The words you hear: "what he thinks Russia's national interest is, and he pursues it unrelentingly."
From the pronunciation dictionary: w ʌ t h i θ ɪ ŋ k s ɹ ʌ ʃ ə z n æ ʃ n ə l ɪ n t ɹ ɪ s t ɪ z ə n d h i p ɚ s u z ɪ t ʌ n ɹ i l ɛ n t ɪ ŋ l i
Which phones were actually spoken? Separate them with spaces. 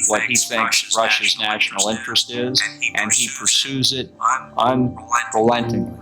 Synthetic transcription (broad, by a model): w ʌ t h i θ ɪ ŋ k s ɹ ʌ ʃ ə z n æ ʃ n l ɪ n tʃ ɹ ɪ s t ɪ z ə n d i p ɚ s u z ɪ t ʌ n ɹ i l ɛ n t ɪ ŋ